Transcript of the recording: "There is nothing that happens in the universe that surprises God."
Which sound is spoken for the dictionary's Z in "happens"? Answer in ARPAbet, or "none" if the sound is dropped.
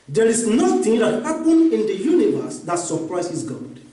none